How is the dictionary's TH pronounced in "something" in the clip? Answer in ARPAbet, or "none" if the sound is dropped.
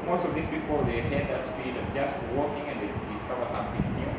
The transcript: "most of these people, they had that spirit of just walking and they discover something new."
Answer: T